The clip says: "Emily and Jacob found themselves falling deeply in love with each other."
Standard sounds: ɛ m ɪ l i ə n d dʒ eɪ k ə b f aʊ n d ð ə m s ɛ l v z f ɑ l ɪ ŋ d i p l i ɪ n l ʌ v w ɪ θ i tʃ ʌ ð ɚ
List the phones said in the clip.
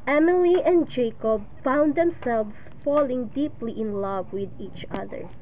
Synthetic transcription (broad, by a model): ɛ m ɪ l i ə n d dʒ eɪ k ə b f aʊ n d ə m s ɛ l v s f ɑ l ɪ ŋ d i p l i ɪ n l ʌ v w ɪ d i tʃ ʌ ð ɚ